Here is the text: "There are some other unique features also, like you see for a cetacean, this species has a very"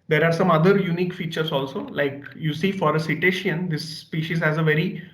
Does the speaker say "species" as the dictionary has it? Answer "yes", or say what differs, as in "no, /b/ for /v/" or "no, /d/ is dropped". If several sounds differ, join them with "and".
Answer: yes